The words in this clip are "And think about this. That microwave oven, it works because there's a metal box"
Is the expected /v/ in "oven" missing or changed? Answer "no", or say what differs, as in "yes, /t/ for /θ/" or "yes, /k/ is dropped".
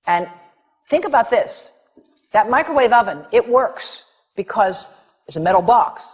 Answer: no